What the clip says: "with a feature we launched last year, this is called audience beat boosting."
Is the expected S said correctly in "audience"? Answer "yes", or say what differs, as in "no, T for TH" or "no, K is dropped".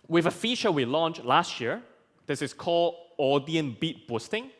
no, S is dropped